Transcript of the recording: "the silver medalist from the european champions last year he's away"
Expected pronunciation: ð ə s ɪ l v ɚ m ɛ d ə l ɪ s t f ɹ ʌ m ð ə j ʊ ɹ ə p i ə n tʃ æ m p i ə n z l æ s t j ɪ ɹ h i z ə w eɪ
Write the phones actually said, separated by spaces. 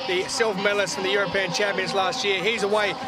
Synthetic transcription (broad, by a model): ð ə s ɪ l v m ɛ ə l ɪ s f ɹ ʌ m ð ə j ʊ ɹ ə p i ə n tʃ æ m p i ə n z l æ s t j ɪ ɹ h i z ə w eɪ